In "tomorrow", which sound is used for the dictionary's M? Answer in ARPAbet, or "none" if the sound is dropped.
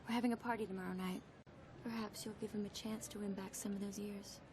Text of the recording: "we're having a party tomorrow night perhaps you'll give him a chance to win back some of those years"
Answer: M